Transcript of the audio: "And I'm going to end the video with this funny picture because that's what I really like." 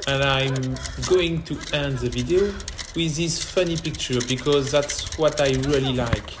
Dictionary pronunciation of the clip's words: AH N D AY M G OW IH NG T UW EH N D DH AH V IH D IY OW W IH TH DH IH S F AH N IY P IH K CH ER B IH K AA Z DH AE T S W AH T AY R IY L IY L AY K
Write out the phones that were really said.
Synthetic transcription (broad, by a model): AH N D AY M G OW IH NG T UW EH N D DH AH V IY D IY OW W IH DH IH S F AH N IY P IH K CH ER B IH K AA Z DH AE T S W AH T AY R IY L IY L AY K